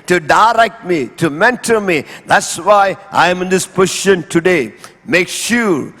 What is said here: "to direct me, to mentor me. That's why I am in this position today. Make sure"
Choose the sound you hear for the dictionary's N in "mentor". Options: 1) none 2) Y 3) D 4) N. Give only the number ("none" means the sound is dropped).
4